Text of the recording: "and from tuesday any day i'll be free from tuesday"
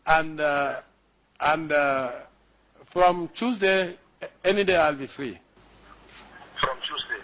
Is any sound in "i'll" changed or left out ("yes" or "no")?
no